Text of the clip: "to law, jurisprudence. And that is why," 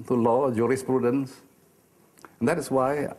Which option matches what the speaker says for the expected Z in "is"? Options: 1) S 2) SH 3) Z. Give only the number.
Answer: 1